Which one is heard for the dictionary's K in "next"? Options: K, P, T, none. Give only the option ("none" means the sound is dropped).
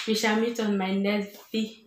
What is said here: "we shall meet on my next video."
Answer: none